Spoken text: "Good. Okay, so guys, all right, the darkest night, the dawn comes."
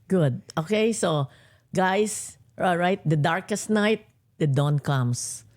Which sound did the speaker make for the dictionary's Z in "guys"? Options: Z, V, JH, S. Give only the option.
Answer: S